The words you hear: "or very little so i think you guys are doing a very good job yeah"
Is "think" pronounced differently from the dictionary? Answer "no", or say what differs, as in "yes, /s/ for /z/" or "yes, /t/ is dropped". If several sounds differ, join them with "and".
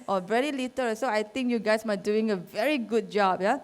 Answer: yes, /t/ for /θ/